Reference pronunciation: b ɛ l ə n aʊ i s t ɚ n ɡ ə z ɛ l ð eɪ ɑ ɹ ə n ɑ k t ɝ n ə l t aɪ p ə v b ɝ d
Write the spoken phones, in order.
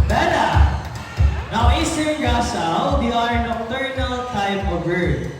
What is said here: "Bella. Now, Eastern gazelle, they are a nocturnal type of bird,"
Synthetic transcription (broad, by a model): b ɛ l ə n aʊ i s t ɚ n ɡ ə s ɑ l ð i ɑ ɹ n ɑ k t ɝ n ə l t aɪ p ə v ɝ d